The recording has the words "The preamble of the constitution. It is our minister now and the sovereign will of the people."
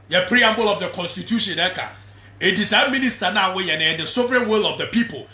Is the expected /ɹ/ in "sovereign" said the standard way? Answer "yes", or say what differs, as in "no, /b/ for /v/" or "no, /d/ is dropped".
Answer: yes